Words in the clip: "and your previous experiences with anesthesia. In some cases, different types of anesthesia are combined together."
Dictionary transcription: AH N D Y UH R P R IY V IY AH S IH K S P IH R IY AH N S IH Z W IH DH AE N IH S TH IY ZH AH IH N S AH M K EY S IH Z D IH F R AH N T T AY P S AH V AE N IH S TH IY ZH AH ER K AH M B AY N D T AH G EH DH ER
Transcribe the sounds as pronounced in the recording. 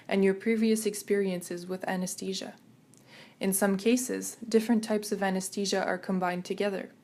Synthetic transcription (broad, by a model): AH N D Y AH R P R IY V IY AH S IH K S P IH R IY AH N S IH Z W IH DH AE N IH S T IY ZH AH IH N S AH M K EY S IH Z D IH F R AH N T T AY P S AH V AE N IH S T IY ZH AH ER K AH M B AY N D T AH G EH DH ER